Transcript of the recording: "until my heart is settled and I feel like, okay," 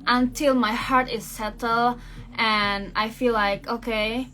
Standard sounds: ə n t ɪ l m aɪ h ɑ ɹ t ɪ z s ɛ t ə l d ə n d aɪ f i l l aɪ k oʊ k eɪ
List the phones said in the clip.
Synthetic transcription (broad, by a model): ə n t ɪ l m aɪ h ɑ ɹ t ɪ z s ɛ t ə l ə n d aɪ f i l l aɪ k oʊ k eɪ